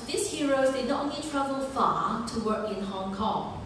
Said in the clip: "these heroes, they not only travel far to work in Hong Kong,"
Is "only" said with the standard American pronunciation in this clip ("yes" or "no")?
no